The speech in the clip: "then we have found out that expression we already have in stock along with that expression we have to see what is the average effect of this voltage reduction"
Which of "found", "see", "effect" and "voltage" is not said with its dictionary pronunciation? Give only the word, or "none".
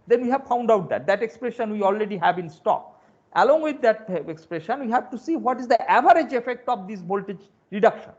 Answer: voltage